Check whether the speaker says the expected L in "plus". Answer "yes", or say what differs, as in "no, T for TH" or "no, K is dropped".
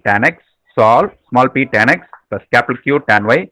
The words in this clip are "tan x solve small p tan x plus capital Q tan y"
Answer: no, L is dropped